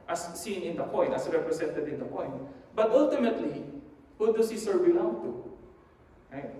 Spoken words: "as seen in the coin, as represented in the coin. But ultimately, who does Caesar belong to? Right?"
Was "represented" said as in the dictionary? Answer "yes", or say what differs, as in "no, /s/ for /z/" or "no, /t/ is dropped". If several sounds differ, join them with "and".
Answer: no, /s/ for /z/